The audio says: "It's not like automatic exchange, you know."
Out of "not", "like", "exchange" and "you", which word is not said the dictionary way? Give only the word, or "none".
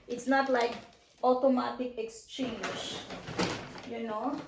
exchange